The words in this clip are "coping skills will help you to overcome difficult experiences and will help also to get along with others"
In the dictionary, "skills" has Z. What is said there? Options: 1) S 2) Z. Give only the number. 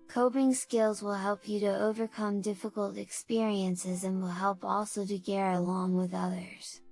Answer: 2